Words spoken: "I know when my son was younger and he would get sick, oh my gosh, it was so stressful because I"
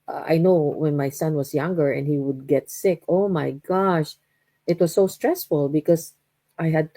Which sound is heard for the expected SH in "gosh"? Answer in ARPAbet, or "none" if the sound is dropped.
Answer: SH